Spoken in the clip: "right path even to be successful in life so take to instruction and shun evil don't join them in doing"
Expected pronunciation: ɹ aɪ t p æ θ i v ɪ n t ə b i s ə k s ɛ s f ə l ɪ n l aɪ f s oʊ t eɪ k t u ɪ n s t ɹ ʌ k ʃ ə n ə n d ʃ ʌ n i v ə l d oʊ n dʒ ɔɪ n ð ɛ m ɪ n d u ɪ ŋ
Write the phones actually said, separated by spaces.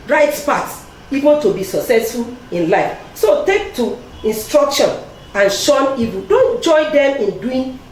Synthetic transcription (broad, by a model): ɹ aɪ t p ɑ s i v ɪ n t ə b i s ə k s ɛ s f ə l ɪ n l aɪ f s oʊ t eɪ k t u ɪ n s t ɹ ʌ k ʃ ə n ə n ʃ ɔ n i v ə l d oʊ n dʒ ɔɪ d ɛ m ɪ n d u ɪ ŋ